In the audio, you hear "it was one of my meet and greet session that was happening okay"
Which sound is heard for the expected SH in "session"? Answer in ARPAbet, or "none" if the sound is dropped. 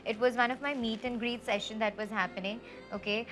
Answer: SH